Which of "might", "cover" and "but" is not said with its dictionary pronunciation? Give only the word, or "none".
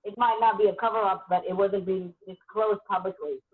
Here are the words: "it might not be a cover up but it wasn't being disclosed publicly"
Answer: none